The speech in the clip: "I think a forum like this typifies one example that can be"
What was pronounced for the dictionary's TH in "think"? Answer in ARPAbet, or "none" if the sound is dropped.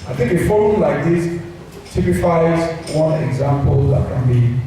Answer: T